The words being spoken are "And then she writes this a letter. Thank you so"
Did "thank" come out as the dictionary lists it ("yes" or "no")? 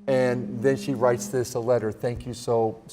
yes